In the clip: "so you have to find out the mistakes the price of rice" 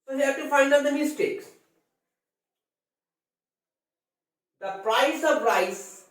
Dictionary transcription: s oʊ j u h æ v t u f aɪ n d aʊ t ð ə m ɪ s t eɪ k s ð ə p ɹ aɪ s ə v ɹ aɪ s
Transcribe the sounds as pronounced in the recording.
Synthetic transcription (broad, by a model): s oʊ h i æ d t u f aɪ n d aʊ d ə m ɪ s t eɪ k s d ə p ɹ aɪ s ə p ɹ aɪ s